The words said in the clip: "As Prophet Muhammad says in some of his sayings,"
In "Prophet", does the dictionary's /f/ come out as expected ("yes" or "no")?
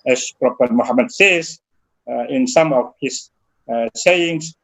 no